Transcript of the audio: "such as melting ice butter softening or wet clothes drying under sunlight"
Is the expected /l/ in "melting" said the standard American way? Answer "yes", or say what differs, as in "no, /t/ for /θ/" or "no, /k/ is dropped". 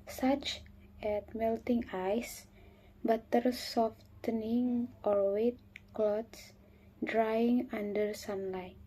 yes